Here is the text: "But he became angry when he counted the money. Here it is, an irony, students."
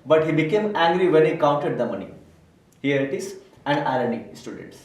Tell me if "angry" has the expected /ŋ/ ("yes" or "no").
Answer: yes